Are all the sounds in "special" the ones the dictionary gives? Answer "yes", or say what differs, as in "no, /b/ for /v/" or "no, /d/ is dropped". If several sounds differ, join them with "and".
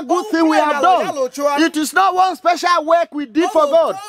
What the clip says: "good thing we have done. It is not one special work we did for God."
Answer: yes